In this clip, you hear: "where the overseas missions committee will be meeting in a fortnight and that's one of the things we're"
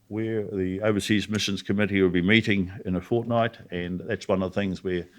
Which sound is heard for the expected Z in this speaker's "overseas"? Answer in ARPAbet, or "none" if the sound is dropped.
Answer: Z